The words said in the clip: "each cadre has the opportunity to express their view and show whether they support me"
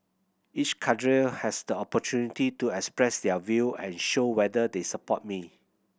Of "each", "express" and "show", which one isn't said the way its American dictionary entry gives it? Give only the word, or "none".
none